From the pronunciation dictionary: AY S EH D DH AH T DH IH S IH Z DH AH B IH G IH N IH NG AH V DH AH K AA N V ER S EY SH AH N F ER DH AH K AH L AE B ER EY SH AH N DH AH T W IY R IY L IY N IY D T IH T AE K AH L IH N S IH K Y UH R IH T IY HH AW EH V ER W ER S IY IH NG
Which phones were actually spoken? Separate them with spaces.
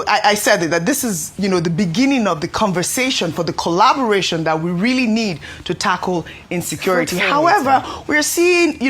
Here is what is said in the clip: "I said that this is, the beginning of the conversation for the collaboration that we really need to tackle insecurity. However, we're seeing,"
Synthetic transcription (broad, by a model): AY S EH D DH AH T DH IH S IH Z DH AH B IH G IH N IH NG AH V DH AH K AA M V ER S EY SH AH N F ER DH AH K AH L AE B ER EY SH AH N DH AH T W IY R IY L IY N IY D T IH T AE K L IH N S IH K Y UH R IH T IY HH AW EH V ER W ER S IY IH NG